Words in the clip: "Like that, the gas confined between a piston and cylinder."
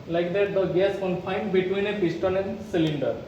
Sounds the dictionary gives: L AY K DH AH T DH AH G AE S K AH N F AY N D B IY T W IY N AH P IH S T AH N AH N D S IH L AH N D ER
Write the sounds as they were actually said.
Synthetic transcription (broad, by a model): L AY K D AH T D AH G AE S K AH N F AY N D B IY T W IY N AH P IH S T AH L AH N D S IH L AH N D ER